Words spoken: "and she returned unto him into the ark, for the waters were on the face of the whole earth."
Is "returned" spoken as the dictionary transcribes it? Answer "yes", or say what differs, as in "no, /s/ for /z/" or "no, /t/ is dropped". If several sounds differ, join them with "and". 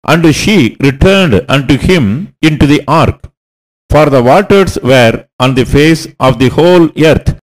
yes